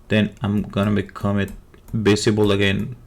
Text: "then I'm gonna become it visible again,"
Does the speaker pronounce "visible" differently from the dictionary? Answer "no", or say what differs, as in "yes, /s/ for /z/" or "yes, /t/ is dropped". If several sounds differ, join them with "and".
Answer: yes, /b/ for /v/ and /s/ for /z/